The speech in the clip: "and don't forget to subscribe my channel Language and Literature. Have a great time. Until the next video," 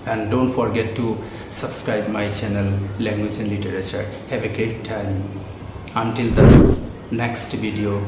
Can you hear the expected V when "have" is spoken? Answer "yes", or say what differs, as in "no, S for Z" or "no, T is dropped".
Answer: no, B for V